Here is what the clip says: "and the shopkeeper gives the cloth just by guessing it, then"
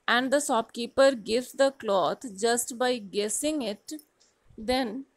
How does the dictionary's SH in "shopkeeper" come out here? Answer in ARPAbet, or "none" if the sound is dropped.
S